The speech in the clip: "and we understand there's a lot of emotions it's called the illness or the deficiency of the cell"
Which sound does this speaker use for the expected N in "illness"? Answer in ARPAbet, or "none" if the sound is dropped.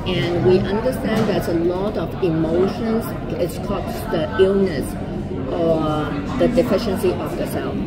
N